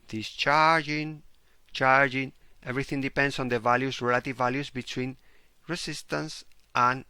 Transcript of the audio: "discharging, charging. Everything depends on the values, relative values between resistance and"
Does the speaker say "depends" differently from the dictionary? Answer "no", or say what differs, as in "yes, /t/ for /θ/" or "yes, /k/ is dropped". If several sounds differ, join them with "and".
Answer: yes, /s/ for /z/